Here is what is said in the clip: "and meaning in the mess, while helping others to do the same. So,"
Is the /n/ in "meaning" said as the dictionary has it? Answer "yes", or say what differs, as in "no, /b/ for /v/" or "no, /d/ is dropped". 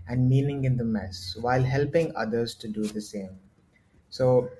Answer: no, /l/ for /n/